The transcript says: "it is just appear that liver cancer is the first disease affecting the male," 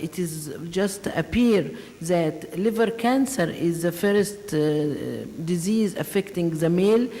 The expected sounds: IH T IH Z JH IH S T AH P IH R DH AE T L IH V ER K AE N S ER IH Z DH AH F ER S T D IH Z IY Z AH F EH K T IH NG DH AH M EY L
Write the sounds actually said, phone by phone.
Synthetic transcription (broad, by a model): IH T IH Z JH IH S T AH P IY R DH AE T L IH V ER K AE N S ER IH Z DH AH F ER S T D IH Z IY Z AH F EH K T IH NG DH AH M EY L